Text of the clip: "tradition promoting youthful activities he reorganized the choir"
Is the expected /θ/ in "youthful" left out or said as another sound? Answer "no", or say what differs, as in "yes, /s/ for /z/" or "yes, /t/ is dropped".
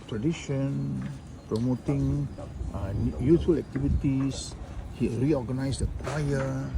yes, /t/ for /θ/